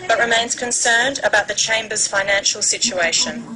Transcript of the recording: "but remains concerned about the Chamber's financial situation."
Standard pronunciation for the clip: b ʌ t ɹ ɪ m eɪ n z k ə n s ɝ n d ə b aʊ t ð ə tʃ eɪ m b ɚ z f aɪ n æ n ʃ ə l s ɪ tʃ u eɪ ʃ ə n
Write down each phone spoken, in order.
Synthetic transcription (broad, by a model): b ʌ t ɹ ɪ m eɪ n z k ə n s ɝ n d ə b aʊ t ð ə tʃ eɪ m b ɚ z f aɪ n æ n ʃ ə l s ɪ tʃ u eɪ ʃ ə n